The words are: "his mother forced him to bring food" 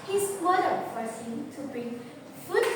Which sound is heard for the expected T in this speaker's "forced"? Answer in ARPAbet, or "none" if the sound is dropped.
none